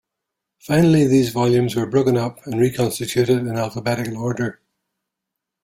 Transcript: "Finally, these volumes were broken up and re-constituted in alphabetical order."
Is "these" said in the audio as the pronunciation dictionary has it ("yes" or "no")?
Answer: yes